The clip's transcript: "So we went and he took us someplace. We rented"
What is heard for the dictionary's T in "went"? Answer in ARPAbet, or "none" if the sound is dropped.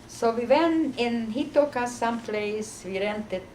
none